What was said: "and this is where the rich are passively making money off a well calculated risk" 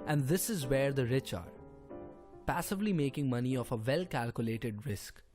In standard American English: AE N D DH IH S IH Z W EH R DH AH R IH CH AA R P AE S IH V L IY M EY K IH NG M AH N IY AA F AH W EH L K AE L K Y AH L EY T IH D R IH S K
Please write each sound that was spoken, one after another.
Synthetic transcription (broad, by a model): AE N D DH IH S IH Z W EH R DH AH R IH CH AA R P AE S IH V L IY M EY K IH NG M AH N IY AA F AH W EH L K AE L K Y AH L EY T IH D R IH S K